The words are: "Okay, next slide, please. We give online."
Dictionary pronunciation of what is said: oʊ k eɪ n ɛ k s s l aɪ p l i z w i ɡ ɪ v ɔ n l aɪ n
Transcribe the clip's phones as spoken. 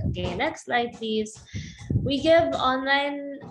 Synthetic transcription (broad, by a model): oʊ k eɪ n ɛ k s s l aɪ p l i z w i ɡ ɪ v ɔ n l aɪ n